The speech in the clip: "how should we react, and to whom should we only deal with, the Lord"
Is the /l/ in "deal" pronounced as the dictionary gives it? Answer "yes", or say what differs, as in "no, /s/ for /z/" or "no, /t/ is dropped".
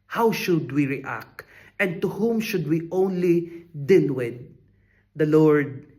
no, /n/ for /l/